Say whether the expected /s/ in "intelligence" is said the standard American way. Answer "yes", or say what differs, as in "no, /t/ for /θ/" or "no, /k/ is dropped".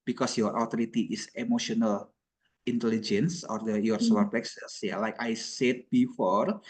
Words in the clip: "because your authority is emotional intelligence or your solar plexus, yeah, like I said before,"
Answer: yes